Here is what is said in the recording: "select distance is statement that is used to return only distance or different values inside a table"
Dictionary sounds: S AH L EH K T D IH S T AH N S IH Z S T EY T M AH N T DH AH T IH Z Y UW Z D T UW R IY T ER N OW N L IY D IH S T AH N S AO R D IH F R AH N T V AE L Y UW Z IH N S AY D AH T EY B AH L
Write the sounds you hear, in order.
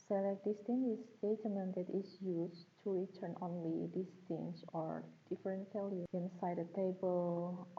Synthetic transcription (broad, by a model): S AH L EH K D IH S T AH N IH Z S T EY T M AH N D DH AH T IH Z Y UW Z T UW R IY T ER N OW N L IY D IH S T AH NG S AO R D IH F R AH N T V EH L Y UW IH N S AY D AH T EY B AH L